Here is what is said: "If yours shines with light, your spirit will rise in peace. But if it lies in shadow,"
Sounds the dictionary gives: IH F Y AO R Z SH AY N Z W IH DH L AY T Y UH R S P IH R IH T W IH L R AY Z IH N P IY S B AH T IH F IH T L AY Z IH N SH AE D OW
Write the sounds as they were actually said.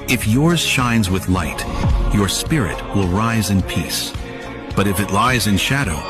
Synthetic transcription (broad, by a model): IH F Y AO R Z SH AY N Z W IH DH L AY T Y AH R S P IH R IH T W IH L R AY Z IH N P IY S B AH T IH F IH T L AY Z IH N SH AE D OW